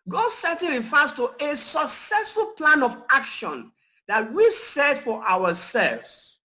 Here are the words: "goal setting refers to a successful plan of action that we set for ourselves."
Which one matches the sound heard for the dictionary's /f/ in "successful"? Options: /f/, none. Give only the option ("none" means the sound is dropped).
/f/